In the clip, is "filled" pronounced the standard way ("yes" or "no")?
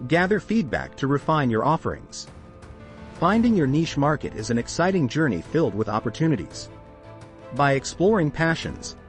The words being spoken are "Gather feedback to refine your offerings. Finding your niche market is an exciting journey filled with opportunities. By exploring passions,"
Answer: yes